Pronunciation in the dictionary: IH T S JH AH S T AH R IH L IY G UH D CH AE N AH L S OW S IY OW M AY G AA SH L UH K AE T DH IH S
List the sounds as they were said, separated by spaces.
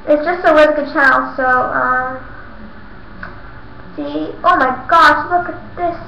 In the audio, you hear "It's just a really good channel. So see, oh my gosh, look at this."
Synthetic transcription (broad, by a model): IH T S JH AH S T AH L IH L G UH D CH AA AH L S OW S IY OW M AY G AA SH L UH K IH T DH IH S